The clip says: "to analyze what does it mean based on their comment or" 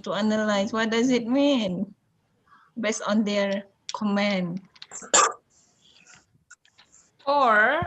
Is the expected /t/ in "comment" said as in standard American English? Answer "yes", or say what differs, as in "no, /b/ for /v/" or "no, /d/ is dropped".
no, /t/ is dropped